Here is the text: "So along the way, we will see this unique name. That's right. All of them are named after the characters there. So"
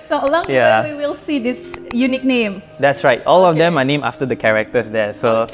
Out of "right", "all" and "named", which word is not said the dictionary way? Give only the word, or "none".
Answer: named